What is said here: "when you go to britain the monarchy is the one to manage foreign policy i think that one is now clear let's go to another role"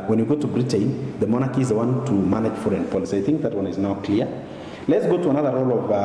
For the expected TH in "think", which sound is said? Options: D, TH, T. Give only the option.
TH